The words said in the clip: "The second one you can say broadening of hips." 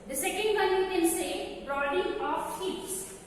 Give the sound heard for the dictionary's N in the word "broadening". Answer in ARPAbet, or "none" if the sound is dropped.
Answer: none